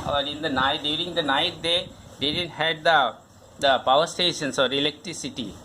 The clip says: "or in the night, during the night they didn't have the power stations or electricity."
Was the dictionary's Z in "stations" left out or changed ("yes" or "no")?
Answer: yes